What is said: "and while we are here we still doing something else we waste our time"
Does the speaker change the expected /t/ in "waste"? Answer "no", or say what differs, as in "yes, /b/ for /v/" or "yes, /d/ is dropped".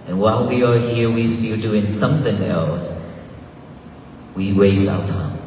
yes, /t/ is dropped